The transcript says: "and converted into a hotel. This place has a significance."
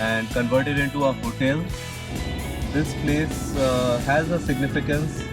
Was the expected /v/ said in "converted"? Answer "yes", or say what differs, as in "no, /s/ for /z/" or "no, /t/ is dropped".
yes